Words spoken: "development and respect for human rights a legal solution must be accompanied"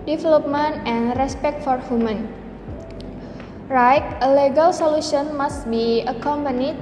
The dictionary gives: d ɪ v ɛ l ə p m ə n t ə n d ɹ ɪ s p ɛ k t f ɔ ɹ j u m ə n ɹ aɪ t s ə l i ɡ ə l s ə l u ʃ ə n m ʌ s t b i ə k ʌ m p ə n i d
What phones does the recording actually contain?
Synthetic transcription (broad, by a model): d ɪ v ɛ l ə p m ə n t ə n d ɹ ɪ s p ɛ k t f ɔ ɹ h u m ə n ɹ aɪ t ə l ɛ ɡ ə l s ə l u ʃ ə n m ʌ s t b i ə k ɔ m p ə n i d